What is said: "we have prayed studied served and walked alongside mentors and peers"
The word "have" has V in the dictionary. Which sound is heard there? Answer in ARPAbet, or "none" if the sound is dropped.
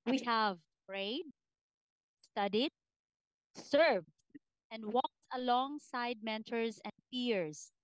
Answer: V